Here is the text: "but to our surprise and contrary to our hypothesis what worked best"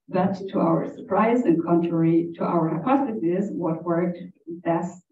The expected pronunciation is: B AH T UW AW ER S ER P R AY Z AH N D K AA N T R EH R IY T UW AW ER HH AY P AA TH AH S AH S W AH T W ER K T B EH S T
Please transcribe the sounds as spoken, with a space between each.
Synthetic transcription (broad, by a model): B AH T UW AW ER S ER P R AY Z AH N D K AA N T R EH R IY T UW AW ER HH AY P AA S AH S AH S W AH T W ER K T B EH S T